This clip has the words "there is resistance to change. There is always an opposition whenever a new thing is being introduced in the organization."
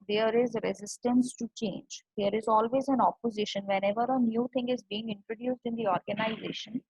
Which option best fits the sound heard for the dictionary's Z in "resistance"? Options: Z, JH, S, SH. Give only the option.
Z